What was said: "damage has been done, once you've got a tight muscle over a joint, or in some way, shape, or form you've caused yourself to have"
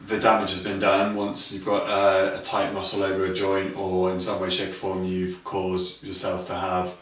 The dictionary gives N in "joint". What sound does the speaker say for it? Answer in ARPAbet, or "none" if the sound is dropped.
N